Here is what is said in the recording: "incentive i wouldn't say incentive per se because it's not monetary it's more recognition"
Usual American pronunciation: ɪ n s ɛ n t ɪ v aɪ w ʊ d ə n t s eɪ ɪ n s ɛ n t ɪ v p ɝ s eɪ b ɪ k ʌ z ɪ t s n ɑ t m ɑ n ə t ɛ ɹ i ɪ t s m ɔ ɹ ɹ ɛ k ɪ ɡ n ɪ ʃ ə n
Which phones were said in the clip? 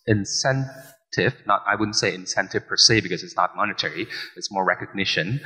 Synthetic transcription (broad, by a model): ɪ n s ɛ n t ɪ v aɪ w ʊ d n t s eɪ ɪ n s ɛ n t ɪ v p ɝ s eɪ b ɪ k ʌ z ɪ t s n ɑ t m ɑ n ə t ɛ ɹ i ɪ t s m ɔ ɹ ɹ ɛ k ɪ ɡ n ɪ ʃ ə n